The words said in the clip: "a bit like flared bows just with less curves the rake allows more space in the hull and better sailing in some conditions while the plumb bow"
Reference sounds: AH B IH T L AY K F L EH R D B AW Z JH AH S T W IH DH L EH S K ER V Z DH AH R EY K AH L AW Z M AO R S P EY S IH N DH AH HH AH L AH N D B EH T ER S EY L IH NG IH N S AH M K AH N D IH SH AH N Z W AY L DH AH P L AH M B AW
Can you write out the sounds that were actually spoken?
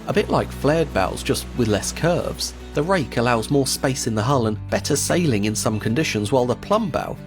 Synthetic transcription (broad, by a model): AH B IH T L AY K F L EH R D B AW Z JH AH S T W IH DH L EH S K ER V Z DH AH R EY K AH L AW Z M AO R S P EY S IH N DH AH HH AH L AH N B EH T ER S EY L IH NG IH N S AH M K AH N D IH SH AH N Z W AY L DH AH P L AH M B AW